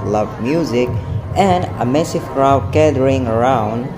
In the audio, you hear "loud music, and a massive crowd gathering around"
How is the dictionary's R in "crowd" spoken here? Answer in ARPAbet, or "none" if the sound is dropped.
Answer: R